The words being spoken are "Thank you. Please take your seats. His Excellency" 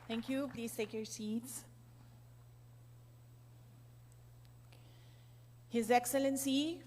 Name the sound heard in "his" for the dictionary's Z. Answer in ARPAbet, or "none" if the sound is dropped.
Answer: Z